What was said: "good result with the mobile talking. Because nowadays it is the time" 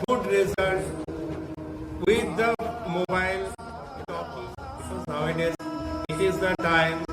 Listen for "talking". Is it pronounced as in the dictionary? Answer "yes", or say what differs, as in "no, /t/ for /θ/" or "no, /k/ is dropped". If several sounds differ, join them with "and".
no, /k/ is dropped